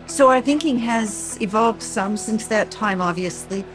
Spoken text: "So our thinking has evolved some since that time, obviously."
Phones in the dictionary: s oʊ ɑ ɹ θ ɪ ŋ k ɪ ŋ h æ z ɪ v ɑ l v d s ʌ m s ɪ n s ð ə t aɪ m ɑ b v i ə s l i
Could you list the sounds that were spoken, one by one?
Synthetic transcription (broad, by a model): s oʊ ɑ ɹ θ ɪ ŋ k ɪ ŋ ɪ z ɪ v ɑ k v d s ʌ m s ɪ n s ð ə t aɪ m ɑ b v i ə s l i